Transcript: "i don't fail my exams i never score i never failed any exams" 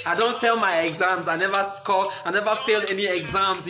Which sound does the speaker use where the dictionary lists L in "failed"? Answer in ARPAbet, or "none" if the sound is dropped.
L